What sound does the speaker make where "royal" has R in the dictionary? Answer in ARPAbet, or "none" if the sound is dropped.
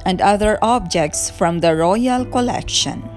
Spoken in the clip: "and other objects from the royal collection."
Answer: R